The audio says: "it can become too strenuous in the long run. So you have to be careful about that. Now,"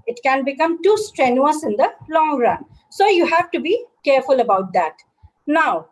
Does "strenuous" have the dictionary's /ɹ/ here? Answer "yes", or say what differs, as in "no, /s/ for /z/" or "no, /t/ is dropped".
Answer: yes